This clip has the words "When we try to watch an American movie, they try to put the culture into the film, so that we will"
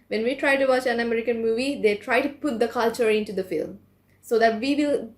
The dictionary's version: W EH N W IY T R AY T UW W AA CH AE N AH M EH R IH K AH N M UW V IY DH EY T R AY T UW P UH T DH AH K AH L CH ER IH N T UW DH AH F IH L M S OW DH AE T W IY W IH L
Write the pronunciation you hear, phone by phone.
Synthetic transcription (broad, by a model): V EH N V IY T R AY T UW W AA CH AE N AH M EH R IH K AH N M UW V IY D EY T R AY T UW P UH T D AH K AH L CH ER IH N T UW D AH F IH L M S OW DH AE T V IY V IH L